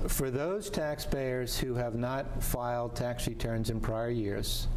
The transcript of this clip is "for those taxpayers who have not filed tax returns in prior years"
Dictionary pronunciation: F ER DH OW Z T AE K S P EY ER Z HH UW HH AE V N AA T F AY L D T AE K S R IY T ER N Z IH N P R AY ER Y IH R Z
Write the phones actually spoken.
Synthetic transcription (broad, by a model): F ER DH OW Z T AE K S P EY ER Z HH UW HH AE V N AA T F AY L D T AE K S R IY T ER N Z IH N P R AY ER Y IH R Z